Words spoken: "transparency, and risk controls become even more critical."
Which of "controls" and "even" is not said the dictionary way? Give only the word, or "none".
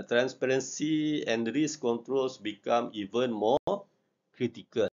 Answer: controls